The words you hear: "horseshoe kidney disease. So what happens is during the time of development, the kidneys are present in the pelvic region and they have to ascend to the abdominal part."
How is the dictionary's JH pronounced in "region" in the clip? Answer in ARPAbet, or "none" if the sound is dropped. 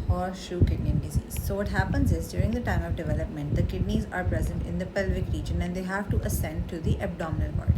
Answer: JH